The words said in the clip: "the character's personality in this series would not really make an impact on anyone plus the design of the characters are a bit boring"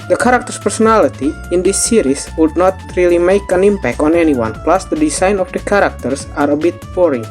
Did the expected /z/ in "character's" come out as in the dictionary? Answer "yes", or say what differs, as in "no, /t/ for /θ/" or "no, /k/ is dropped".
no, /s/ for /z/